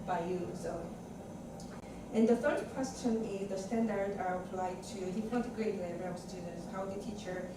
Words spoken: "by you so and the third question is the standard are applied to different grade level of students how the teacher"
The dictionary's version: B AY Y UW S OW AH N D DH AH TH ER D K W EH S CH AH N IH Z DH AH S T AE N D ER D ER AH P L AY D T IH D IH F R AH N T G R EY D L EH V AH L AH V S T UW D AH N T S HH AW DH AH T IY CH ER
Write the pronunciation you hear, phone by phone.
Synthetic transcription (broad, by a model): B AY Y UW S OW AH N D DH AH TH ER D K W EH S CH AH N IH Z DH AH S T AE N D ER D ER AH P L AY D T IH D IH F AH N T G R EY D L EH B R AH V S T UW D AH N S HH AW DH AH T IY CH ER